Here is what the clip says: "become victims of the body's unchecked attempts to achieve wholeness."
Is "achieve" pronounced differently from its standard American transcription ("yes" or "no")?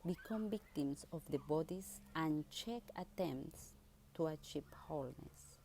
yes